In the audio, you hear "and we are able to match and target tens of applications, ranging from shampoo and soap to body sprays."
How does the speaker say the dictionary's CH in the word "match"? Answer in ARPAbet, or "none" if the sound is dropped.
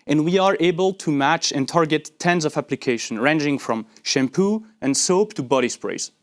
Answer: CH